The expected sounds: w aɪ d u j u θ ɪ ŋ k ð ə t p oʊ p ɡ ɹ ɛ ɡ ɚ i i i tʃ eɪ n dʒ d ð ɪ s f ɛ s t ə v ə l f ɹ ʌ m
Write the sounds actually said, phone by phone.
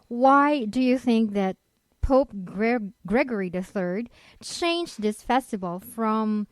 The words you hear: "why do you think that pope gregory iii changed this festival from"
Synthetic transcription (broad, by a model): w aɪ d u j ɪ θ ɪ ŋ k ð ə t p oʊ p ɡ ɹ ɛ ɡ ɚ i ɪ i tʃ eɪ n dʒ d ð ɪ s f ɛ s t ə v l f ɹ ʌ m